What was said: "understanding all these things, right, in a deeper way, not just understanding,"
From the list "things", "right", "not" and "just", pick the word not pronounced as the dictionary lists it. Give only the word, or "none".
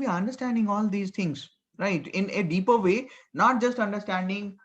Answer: things